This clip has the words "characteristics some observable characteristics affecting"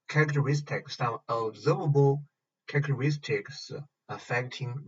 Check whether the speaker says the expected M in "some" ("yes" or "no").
no